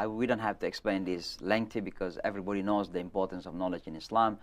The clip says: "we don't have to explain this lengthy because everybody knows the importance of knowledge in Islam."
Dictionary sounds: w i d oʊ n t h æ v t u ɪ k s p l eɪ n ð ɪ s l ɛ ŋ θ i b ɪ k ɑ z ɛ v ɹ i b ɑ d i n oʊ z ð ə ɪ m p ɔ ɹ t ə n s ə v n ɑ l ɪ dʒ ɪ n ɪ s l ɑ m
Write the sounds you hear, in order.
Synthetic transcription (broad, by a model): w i d oʊ n t h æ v t u ɪ k s p l eɪ n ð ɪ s l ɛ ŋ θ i b ɪ k ɑ z ɛ v ɹ i b ɑ d i n oʊ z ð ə ɪ m p ɔ ɹ t ə n s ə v n ɑ l ɪ dʒ ɪ n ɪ s l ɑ m